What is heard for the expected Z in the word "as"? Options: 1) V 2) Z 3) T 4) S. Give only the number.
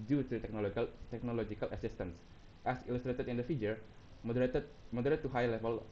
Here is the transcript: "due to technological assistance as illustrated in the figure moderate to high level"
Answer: 4